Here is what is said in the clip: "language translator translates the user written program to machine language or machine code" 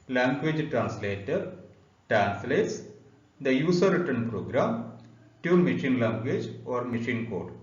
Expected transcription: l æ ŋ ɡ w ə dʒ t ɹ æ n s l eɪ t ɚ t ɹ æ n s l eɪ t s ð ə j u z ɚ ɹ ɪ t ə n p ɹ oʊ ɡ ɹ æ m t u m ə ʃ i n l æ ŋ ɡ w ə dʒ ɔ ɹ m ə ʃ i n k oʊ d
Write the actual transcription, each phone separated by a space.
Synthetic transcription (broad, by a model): l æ ŋ ɡ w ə dʒ t ɹ æ n s l eɪ t ɚ t ɹ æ n s l eɪ t s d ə j u s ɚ ɹ ɪ t ə n p ɹ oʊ ɡ ɹ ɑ m t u m ə ʃ i n l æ ŋ ɡ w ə dʒ ɔ ɹ m ə ʃ i n k oʊ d